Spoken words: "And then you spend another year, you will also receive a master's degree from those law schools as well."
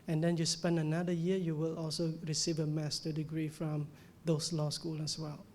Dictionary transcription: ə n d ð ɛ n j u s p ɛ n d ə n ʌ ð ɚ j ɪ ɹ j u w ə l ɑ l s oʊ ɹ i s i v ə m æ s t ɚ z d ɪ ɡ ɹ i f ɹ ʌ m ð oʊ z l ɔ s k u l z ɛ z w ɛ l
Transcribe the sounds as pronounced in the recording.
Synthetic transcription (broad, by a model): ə n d ɛ n j u s p ɛ n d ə n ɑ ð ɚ j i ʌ j u w ə l ɑ l s oʊ ɹ i s i v ə m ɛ s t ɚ d ɪ ɡ ɹ i f ɹ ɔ m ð oʊ s l ɔ s k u l ɛ s w ɛ l